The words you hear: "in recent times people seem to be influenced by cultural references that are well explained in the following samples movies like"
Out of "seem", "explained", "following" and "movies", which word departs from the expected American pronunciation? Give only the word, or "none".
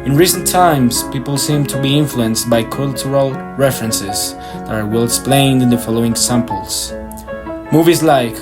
none